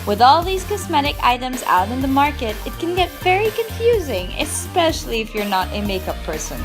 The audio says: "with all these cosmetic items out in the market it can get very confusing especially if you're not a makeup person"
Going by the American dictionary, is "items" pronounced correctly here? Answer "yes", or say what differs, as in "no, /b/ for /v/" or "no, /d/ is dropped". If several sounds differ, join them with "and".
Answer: yes